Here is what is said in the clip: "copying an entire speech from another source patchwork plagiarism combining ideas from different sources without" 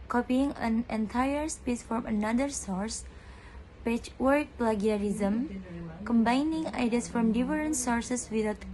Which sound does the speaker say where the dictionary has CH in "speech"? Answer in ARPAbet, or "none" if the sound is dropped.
S